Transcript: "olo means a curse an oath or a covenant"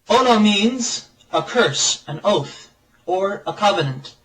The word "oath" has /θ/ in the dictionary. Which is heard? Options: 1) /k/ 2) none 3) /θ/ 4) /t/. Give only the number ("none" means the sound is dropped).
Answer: 3